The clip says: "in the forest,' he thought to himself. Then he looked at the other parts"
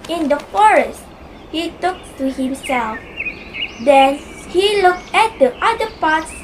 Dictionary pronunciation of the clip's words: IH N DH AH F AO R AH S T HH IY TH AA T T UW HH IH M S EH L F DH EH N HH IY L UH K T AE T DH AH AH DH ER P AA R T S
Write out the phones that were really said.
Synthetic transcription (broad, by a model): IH N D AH F AO R AH S T HH IY T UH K T UW HH IH M S EH L F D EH N HH IY L UH K T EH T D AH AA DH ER P AA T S